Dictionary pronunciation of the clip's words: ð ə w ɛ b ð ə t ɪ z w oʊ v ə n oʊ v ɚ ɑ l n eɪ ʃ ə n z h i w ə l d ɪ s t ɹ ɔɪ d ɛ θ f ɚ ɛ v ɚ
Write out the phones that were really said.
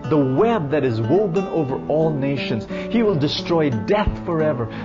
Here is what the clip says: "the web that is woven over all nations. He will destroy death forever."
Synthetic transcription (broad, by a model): ð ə w ɛ b ð ə t ɪ z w oʊ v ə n oʊ v ɚ ɑ l n eɪ ʃ ə n z h i w ə l d ɪ s t ɹ ɔɪ d ɛ θ f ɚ ɛ v ɚ